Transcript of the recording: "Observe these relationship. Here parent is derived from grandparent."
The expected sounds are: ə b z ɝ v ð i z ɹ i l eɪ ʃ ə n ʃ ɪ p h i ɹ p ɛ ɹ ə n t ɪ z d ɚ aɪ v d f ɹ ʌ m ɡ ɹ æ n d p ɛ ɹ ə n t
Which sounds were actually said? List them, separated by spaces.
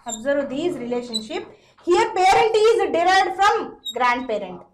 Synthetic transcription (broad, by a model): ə b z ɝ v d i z ɹ i l eɪ ʃ ə n ʃ ɪ p h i ɹ p ɛ ɹ ə n t ɪ z d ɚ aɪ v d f ɹ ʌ m ɡ ɹ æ n d p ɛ ɹ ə n t